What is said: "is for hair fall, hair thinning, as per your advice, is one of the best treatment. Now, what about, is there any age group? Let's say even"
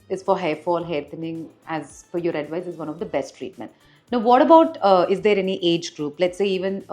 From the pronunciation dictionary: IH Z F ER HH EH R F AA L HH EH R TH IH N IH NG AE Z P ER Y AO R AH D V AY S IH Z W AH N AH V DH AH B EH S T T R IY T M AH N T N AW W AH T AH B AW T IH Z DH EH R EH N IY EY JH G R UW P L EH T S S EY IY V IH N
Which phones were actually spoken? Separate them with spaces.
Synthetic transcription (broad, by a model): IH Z F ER HH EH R F AA L HH EH R T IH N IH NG AE Z F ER Y AO R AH D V AY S IH Z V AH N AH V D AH B EH S T T R IY T M AH N T N AW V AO T AH B AW T IH Z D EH R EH N IY EY JH G R UW P L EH T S S EY IY V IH N